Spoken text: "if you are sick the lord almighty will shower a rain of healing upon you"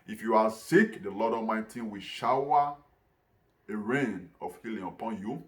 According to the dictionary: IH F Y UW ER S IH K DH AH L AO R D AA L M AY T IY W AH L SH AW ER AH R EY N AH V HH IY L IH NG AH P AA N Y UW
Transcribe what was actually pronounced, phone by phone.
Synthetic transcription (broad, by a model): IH F Y UW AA S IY K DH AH L AO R D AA M AY T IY W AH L SH AW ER AH R EY N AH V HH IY L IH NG AH P AA N Y UW